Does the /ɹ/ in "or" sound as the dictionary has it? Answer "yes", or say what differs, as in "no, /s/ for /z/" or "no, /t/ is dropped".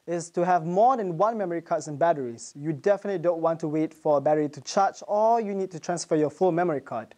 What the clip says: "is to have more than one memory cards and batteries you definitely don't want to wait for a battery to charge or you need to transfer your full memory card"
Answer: no, /l/ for /ɹ/